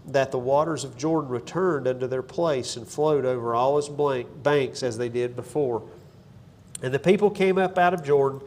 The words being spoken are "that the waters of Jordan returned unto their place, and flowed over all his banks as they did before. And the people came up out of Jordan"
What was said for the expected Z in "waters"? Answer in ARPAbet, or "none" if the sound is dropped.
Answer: Z